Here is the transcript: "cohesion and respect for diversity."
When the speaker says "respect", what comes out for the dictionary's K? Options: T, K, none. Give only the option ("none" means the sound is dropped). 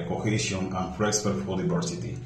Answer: none